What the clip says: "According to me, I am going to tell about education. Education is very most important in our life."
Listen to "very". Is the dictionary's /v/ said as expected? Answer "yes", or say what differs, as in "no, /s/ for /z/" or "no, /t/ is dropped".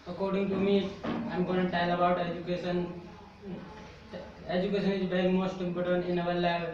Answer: no, /b/ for /v/